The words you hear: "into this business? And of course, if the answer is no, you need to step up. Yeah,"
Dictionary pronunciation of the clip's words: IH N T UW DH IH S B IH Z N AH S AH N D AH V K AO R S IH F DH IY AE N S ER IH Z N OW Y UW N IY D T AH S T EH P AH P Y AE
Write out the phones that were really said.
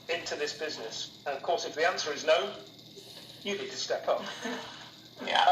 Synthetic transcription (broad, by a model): IH N T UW DH IH S B IH Z N AH S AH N AH V K AO R S IH F DH IY AE N S ER IH Z N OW Y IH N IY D T AH S T EH P AH P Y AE